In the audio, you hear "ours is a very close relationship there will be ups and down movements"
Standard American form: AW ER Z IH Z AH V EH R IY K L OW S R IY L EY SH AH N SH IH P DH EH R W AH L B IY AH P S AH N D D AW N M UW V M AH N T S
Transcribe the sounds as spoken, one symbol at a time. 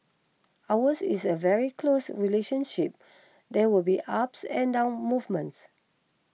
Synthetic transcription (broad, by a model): AW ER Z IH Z AH V EH R IY K L OW S R IY L EY SH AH N SH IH P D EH W AH L B IY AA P S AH N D D AW N M UW V M AH N T S